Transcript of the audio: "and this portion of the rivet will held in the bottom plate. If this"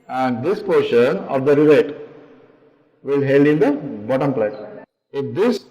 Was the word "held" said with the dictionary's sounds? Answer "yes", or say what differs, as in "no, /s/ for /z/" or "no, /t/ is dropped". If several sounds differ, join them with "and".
yes